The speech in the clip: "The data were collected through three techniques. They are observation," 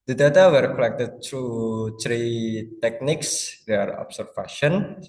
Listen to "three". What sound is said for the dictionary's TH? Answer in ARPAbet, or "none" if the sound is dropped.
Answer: T